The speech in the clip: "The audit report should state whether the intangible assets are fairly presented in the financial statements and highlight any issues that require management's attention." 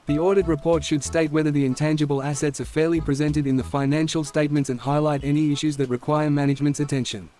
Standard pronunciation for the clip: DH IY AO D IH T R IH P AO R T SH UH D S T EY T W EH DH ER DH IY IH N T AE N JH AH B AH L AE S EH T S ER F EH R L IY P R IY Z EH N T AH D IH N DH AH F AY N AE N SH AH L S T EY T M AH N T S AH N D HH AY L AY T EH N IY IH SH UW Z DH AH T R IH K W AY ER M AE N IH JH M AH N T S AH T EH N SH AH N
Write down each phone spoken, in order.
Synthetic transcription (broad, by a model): DH IY AO D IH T R IH P AO R T SH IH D S T EY T W EH DH ER DH IY IH N T AE N JH AH B AH L AE S EH T S ER F EH R L IY P R IY Z EH N T AH D IH N DH AH F AY N AE N SH L S T EY T M AH N T S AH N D HH AY L AY T EH N IY IH SH UW Z DH AH T R IH K W AY ER M AE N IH JH M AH N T S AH T EH N SH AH N